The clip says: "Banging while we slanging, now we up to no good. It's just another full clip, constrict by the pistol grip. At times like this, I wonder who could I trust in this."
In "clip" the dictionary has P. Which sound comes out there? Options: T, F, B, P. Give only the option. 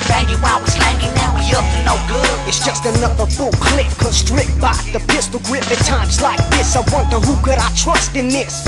F